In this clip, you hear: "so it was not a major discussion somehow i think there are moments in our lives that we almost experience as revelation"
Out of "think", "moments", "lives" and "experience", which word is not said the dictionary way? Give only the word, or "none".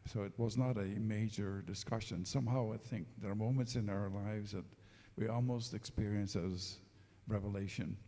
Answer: none